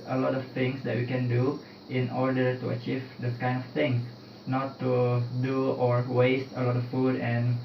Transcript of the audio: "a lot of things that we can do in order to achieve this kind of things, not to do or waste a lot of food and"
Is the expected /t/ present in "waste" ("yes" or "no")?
yes